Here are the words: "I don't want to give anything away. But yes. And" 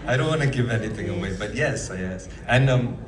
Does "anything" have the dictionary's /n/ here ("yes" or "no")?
yes